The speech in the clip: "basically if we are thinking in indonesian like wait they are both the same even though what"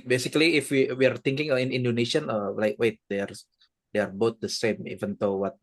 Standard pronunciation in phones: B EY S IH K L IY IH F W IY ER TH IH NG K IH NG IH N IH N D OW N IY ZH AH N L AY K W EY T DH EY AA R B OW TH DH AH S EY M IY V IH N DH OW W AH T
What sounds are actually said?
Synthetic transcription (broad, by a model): B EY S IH K L IY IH F W IY ER T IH NG K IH NG IH N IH N D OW N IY SH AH N L AY K W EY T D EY AA R B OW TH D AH S EY M IY V IH N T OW W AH T